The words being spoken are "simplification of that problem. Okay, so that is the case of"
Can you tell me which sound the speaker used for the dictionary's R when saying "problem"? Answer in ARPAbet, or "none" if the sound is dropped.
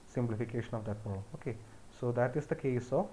none